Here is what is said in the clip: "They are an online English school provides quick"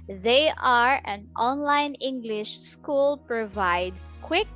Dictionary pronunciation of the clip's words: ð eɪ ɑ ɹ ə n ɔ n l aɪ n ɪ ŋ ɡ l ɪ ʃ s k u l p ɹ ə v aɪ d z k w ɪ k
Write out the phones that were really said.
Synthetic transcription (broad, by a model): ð eɪ ɑ ɹ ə n ɔ n l aɪ n ɪ ŋ ɡ l ɪ ʃ s k u l p ɹ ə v aɪ d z k w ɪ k